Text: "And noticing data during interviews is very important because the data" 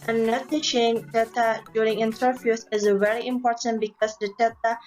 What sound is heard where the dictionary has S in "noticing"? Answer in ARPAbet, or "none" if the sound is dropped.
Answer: SH